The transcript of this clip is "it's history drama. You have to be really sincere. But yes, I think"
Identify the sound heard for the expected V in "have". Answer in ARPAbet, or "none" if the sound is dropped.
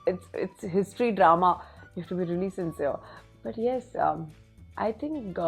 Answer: F